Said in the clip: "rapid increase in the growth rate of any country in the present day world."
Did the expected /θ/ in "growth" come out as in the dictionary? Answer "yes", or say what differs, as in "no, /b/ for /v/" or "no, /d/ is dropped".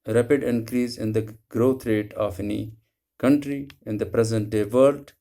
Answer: no, /t/ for /θ/